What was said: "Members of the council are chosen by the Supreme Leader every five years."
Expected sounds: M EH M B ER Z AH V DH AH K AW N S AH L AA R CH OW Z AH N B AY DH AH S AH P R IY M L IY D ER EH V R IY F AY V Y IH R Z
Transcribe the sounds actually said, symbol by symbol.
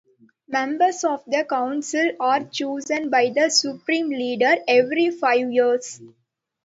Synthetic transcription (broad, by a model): M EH M B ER S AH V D AH K AW N S AH L AA R CH OW Z AH N B AY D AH S AH P R IY M L IY D ER EH V R IY F AY V Y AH R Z